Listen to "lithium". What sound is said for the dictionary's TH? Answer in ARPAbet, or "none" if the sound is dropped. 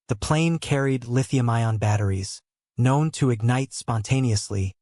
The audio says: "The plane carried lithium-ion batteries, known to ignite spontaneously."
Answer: TH